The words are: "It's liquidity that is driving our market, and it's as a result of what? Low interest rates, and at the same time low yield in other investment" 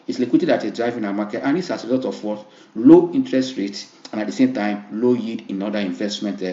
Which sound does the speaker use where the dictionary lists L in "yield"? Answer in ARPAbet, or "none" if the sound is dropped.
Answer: none